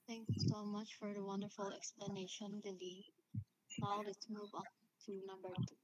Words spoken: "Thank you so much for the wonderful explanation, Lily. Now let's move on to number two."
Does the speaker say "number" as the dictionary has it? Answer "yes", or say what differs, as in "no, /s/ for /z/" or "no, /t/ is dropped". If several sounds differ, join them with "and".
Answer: no, /m/ is dropped